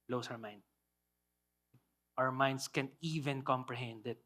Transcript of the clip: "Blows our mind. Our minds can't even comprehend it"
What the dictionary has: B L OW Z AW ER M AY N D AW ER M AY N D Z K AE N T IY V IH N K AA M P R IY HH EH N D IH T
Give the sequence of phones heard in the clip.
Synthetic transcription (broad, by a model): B L OW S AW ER M AY N D AW ER M AY N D S K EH N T IY V IH N K AA M P R IY HH EH N D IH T